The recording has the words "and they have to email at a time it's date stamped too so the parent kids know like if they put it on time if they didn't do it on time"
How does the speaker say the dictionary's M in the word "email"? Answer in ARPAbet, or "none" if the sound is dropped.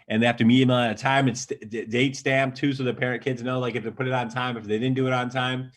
none